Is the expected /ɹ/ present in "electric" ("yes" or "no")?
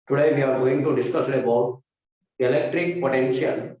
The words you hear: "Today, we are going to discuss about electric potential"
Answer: yes